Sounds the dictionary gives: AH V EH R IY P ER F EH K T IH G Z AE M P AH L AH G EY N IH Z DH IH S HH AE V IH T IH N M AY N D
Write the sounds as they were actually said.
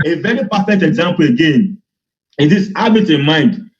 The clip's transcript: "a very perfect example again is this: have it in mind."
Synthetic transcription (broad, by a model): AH V EH R IY P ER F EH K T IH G Z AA M P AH L AH G EY N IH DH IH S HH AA B IH T IH N M AY N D